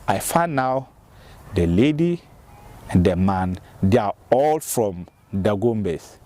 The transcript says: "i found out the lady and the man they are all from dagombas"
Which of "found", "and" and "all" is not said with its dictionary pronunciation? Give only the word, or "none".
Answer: found